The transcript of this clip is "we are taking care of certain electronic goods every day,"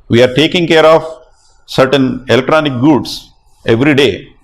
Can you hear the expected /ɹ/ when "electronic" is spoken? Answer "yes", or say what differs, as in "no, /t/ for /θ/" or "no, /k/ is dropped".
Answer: yes